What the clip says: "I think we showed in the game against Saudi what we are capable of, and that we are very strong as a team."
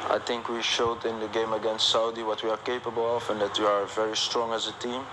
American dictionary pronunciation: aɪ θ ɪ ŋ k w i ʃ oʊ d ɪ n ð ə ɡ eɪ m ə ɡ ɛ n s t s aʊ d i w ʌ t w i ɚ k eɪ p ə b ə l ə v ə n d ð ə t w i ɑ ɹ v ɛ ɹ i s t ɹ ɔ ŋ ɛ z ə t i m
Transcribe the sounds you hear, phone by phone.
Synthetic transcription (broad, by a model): aɪ θ ɪ ŋ k w i ʃ oʊ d ɪ n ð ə ɡ eɪ m ə ɡ ɛ n s t s aʊ d i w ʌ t w i ɚ k eɪ p ə b ə l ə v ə n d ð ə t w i ɑ ɹ v ɛ ɹ i s t ɹ ɔ ŋ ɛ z ə t i m